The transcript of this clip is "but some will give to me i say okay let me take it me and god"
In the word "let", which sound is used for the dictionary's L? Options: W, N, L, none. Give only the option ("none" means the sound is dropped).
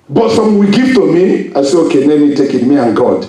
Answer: N